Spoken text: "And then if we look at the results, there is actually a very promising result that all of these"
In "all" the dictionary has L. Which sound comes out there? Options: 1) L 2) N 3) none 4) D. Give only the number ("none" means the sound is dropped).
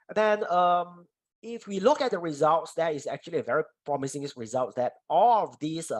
1